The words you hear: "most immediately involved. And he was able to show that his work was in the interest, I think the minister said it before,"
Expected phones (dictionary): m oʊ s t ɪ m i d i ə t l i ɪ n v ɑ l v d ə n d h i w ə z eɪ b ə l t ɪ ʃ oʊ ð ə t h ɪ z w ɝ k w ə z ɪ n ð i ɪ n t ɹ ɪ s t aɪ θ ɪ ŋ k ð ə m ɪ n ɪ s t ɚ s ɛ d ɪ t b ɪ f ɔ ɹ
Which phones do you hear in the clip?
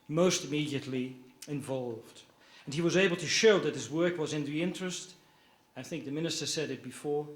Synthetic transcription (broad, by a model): m oʊ s t ɪ m i d i ə t l i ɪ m v ɑ l v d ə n i w ə z eɪ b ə l t ɪ ʃ oʊ ð ə t h ɪ z w ɝ k w ə z ɪ n ð i ɪ n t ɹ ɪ s t aɪ θ ɪ ŋ k ð ə m ɪ n ɪ s t ɚ s ɛ d ɪ t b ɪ f ɔ ɹ